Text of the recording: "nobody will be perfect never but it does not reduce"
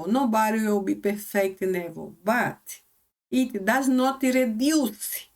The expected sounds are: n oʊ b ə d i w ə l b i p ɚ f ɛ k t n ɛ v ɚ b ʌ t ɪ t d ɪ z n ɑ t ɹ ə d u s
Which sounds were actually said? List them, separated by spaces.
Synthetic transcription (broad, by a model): n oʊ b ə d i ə w b i p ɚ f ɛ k t n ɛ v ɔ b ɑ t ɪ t d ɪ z n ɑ t ɹ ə d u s